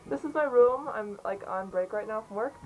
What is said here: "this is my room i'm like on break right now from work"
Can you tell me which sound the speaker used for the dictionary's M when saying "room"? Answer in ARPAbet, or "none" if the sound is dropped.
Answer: M